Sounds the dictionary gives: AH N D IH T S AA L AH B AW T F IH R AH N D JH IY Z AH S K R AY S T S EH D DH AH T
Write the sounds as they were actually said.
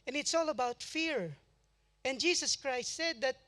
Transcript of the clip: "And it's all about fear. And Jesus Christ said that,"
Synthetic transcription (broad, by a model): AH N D IH T S AA L AH B AW T F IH R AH N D JH IY S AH S K R AY S T S EH D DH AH T